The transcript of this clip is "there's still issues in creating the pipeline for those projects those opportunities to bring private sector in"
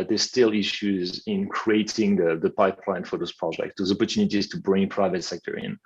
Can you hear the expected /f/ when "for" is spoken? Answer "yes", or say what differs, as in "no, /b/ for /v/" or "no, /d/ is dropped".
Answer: yes